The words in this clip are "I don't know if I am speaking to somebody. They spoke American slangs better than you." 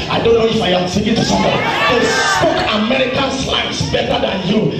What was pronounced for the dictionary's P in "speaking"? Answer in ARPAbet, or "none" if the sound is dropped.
none